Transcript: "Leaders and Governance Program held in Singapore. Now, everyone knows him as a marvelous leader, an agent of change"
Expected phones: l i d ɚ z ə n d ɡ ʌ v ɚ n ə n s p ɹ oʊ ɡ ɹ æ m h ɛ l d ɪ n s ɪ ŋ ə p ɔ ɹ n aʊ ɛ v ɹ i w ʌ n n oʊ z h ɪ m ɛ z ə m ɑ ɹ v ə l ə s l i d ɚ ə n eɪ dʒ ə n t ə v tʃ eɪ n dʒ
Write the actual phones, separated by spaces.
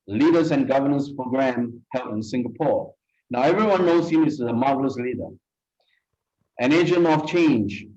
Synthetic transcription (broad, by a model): l i d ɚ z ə n ɡ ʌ v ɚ n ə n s p ɹ oʊ ɡ ɹ æ m h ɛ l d ɪ n s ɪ ŋ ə p ɔ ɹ n aʊ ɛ v ɹ i w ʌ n n oʊ s h ɪ m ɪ s ə m ɑ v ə l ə s l i d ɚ ə n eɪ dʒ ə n ə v tʃ eɪ n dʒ